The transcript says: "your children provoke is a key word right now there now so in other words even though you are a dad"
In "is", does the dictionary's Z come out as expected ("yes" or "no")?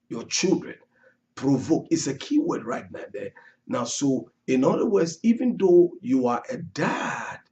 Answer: no